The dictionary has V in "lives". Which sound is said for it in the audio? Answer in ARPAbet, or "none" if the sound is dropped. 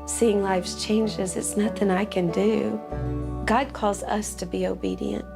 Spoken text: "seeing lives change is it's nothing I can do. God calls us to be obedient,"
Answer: F